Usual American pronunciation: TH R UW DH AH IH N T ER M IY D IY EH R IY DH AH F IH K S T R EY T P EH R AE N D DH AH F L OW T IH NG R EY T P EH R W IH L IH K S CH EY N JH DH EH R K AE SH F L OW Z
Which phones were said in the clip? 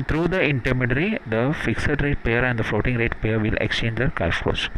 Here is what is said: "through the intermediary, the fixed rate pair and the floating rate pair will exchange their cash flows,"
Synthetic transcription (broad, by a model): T R UW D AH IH N T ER M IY D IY R IY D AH F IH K S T R EY T P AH R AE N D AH F L OW T IH NG R EY T P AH R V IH L IH K S CH EY N JH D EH R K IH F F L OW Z